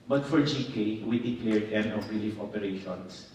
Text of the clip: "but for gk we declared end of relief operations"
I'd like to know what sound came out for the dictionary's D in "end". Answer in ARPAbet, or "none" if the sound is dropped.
none